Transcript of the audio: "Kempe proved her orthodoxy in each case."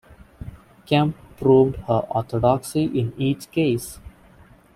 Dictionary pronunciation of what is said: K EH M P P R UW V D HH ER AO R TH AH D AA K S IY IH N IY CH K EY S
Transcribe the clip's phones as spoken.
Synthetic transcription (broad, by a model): K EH M P P R UW V D HH ER AO R T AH D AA K S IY IH N IY CH K EY S